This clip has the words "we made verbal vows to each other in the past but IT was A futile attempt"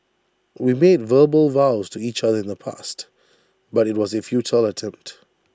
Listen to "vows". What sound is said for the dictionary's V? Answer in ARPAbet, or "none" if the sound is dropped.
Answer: V